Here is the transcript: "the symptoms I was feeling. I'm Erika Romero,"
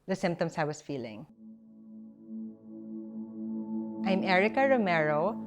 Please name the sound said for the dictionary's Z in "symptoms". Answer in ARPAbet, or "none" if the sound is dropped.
S